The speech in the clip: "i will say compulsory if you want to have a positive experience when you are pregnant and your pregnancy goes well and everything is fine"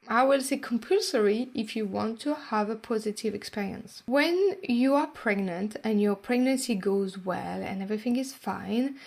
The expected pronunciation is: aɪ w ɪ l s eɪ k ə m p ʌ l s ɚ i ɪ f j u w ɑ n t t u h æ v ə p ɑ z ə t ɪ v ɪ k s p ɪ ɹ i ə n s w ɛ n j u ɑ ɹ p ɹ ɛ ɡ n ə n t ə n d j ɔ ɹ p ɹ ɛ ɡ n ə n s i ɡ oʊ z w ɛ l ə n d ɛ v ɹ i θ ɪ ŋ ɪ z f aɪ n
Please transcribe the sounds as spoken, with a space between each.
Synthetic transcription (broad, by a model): aɪ w ɪ l s eɪ k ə m p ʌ l s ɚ i ɪ f j u w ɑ n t t u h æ v ə p ɑ z ə t ɪ v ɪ k s p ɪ ɹ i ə n s w ɛ n j u ɑ ɹ p ɹ ɛ ɡ n ə n t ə n j ɔ ɹ p ɹ ɛ ɡ n ə n s i ɡ oʊ z w ɛ l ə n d ɛ v ɹ i θ ɪ ŋ ɪ z f aɪ n